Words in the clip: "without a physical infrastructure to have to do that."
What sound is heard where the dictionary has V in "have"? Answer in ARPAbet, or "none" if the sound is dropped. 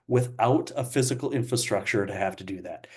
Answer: F